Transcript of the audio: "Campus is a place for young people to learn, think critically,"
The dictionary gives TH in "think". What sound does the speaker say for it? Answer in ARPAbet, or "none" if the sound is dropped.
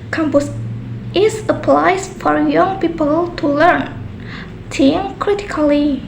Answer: T